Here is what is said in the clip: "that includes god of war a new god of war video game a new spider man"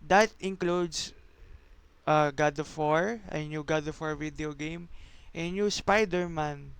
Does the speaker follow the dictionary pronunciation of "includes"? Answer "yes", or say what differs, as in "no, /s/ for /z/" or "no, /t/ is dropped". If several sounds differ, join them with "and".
no, /s/ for /z/